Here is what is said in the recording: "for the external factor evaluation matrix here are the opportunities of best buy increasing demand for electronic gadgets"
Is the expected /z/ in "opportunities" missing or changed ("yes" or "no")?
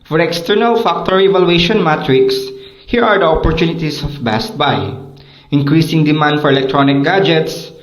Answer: yes